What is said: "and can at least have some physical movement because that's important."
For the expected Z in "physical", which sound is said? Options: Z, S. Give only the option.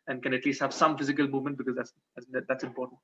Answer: Z